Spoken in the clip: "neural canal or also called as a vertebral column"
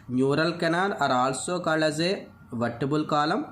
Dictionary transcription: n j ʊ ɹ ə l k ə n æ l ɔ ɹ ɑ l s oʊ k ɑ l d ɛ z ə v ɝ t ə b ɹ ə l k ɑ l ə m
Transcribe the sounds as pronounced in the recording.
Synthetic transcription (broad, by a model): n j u ɹ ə l k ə n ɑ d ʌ ɹ ɑ l s oʊ k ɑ l ʌ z ə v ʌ t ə b ə l k ɑ l ə m